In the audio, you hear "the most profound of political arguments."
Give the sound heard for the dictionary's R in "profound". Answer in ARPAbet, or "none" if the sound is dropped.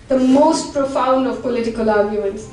R